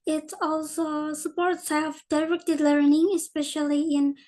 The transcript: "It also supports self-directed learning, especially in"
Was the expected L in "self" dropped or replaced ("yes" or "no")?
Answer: yes